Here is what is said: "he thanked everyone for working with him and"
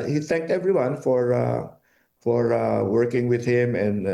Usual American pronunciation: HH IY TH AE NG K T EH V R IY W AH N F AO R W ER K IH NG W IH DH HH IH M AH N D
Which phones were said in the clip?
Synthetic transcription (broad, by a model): HH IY TH AE NG K T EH V R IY W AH N F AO R W ER K IH NG W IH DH HH IH M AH N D